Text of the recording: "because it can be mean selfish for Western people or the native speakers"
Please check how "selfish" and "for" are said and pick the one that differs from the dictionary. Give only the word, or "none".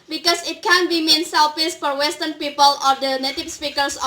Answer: selfish